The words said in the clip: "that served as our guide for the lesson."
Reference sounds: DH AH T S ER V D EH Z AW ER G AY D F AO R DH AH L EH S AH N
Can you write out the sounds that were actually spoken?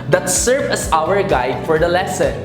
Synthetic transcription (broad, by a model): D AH T S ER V EH S AW ER G AY D F AO R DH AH L EH S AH N